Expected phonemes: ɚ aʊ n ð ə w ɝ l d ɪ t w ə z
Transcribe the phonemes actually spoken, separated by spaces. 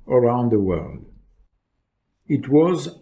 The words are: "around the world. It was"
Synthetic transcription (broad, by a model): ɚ aʊ n ð ə w ɝ l d ɪ t w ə z